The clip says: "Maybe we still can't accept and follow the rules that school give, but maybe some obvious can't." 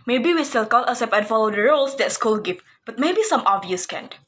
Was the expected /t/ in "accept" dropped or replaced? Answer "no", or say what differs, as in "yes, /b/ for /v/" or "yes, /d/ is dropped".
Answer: yes, /t/ is dropped